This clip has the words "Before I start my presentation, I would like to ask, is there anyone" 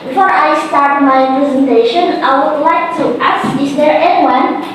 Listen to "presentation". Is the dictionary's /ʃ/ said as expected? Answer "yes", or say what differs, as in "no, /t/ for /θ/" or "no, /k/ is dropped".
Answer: yes